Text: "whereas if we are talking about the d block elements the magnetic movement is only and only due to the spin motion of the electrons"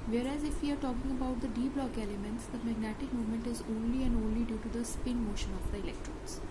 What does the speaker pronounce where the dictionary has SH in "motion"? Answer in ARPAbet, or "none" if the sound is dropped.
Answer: SH